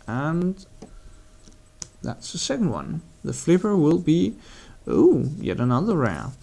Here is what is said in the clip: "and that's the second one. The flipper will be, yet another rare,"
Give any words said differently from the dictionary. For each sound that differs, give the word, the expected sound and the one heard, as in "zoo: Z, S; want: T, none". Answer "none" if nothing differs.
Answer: none